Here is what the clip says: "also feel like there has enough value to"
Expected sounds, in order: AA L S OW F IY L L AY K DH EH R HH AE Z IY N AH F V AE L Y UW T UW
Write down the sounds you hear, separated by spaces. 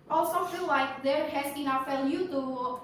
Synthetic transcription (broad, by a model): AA L S OW F IY L L AY K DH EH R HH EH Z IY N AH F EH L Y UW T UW